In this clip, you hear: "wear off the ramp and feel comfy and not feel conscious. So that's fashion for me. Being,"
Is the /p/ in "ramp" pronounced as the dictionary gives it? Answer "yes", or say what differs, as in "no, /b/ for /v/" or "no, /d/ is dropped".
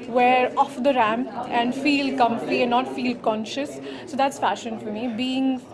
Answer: no, /p/ is dropped